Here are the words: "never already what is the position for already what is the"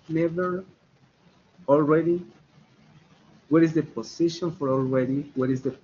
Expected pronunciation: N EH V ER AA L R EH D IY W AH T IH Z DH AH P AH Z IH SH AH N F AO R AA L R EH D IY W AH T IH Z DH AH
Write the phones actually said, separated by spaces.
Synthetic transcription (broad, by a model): N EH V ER AA L R EH D IY W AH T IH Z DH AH P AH S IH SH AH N F AO R AA L R EH D IY W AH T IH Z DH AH